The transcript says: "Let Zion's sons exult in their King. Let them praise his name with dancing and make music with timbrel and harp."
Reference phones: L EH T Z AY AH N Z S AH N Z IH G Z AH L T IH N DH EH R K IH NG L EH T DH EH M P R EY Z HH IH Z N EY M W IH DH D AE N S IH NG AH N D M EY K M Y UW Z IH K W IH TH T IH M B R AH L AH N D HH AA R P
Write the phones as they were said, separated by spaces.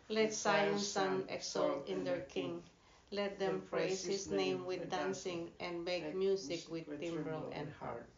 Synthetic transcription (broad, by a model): L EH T S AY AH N S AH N IH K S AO L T IH N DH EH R K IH NG L EH T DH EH M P R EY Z HH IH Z N EY M W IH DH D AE N S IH NG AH N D M EY K M Y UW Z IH K W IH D T IH M B R AH L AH N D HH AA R